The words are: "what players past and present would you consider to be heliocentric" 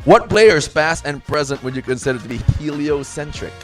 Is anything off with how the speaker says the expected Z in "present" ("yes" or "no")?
no